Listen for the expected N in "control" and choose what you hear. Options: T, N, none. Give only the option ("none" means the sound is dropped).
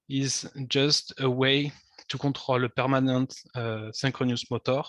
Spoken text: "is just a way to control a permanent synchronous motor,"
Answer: none